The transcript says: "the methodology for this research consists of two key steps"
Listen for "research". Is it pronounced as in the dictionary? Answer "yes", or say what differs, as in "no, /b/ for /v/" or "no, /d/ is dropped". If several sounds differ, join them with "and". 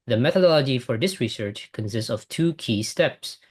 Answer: yes